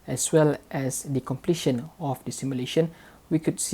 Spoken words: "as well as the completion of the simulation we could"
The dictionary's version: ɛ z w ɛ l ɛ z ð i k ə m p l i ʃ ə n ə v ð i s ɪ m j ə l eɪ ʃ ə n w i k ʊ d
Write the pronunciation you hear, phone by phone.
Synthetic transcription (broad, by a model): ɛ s w ɛ l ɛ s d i k ə m p l i ʃ ə n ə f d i s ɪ m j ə l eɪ ʃ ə n w i k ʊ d